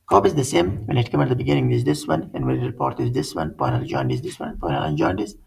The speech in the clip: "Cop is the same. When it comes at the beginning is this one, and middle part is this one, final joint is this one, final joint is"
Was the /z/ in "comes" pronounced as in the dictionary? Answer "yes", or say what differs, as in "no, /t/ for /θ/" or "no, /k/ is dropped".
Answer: no, /z/ is dropped